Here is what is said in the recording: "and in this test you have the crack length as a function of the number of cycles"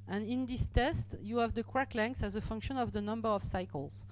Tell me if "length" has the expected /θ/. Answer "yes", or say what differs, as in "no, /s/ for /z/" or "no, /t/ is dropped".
no, /s/ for /θ/